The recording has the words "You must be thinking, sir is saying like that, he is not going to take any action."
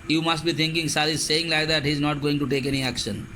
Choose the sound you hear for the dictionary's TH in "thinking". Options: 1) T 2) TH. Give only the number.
1